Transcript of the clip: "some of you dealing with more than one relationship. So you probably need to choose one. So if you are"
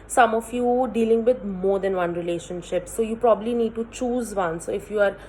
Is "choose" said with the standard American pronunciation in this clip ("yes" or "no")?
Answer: yes